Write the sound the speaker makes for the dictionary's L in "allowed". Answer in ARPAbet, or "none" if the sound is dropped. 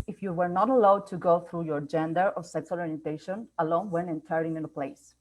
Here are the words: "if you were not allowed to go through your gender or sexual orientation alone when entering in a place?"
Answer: L